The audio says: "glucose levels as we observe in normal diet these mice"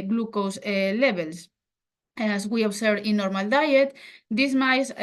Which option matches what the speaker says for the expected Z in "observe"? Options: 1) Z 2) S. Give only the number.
2